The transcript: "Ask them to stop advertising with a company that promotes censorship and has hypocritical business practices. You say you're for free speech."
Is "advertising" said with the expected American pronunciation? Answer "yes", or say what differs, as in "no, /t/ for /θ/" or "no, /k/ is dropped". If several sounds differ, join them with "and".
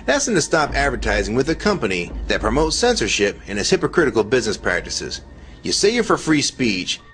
yes